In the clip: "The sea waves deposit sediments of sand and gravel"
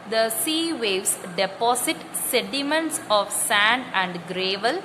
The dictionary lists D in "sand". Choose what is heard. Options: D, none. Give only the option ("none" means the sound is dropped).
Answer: D